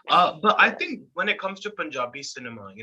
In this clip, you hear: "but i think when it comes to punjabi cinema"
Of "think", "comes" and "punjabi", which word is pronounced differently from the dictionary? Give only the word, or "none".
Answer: none